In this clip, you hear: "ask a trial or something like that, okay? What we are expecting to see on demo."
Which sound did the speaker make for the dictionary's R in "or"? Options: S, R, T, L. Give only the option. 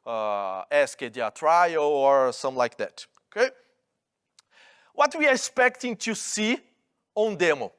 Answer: R